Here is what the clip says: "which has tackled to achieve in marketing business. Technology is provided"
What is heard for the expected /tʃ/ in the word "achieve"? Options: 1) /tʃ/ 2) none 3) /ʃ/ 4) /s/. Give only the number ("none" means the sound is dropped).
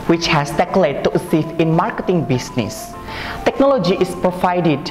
4